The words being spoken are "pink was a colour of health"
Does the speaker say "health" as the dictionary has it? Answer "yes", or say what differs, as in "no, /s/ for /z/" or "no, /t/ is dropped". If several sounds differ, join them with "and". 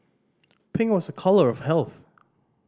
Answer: yes